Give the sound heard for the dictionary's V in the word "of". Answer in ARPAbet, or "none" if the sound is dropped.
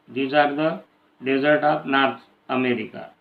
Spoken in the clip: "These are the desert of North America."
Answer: P